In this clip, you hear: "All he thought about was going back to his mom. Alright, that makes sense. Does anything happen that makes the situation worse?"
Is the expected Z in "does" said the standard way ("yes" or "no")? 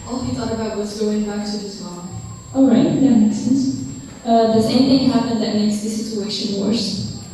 no